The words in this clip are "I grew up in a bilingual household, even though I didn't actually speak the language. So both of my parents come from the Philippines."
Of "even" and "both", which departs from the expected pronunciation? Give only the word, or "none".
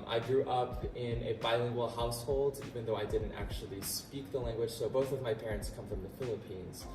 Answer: none